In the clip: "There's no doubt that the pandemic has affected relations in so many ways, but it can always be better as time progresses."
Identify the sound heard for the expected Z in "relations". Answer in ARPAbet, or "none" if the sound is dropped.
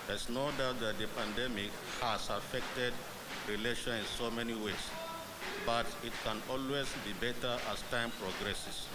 none